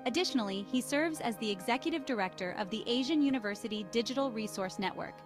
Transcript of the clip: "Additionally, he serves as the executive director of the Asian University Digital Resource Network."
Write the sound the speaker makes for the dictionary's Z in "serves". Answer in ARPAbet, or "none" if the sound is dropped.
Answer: Z